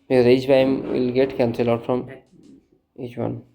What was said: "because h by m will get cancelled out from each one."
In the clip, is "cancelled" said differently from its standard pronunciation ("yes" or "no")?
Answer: yes